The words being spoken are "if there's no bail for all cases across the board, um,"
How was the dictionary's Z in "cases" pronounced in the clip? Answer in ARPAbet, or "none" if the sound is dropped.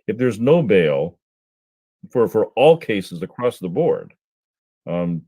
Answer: Z